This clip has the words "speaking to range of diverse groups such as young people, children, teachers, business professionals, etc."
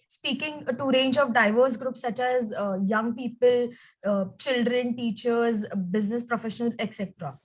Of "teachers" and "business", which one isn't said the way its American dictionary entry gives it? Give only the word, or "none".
none